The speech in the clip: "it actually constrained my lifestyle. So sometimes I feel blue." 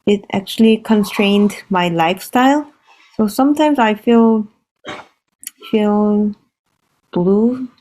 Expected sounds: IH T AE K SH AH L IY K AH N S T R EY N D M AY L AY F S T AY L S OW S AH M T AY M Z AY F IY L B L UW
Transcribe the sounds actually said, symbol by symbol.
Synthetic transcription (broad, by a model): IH T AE K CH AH L IY K AH N S T R EY N D M AY L AY F S T AY L S OW S AH M T AY M Z AY F IY L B L UW